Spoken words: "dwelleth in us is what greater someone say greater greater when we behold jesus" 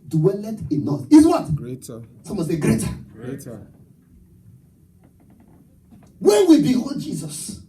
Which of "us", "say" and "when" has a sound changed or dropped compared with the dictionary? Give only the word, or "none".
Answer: us